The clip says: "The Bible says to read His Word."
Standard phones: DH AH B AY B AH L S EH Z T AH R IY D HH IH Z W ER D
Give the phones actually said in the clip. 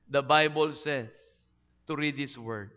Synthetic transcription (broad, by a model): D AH B AY B AH L S EH S T AH R IY D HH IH S W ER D